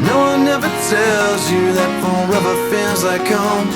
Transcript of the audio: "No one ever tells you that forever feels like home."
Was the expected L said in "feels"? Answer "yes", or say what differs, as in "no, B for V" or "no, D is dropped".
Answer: no, N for L